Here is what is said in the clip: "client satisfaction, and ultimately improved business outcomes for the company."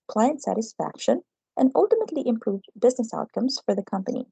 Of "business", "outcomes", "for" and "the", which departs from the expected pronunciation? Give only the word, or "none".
none